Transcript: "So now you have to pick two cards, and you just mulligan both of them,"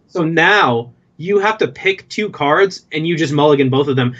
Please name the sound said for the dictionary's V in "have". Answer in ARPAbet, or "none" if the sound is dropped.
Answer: F